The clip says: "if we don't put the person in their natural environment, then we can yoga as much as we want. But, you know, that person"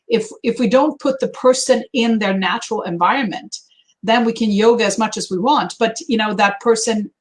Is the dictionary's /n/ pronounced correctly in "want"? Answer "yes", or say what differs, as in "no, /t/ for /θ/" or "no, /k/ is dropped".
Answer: yes